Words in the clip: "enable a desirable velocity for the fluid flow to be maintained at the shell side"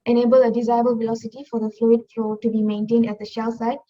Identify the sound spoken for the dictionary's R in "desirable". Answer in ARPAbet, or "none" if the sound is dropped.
none